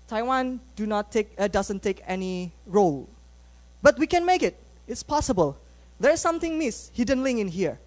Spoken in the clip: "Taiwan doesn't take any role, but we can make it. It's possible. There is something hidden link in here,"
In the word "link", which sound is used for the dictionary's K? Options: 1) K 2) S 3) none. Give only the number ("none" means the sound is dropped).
3